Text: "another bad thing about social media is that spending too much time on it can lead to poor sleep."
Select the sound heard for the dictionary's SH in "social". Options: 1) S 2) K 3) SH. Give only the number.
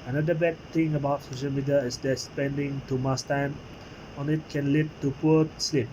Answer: 3